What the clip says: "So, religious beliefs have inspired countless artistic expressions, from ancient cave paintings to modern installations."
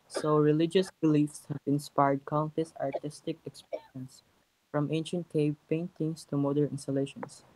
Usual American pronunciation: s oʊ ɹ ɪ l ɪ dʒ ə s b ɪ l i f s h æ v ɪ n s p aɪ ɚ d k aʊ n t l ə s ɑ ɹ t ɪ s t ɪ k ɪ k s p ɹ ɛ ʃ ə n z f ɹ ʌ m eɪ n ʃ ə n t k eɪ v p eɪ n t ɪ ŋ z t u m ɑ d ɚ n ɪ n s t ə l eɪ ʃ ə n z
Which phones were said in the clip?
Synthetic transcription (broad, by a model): s oʊ ɹ ɪ l ɪ dʒ ə s b ɪ l i f s h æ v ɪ n s p aɪ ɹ d k aʊ n t ə s ɑ ɹ t ɪ s t ɪ k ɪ k s p ɛ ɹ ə n s f ɹ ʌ m eɪ n ʃ ə n t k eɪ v p eɪ n t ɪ ŋ s t u m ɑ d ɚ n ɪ n s t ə l eɪ ʃ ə n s